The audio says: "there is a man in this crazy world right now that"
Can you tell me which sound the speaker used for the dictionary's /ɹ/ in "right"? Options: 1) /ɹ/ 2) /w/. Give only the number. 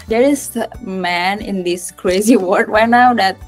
2